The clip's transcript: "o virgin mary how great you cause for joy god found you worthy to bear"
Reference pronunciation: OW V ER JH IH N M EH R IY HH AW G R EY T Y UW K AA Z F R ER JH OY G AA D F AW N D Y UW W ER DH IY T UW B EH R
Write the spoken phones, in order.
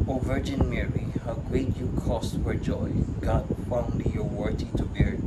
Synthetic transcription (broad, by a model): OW V ER JH IH N M EH R IY HH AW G R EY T Y UW K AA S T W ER JH OY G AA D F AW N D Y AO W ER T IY T UW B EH R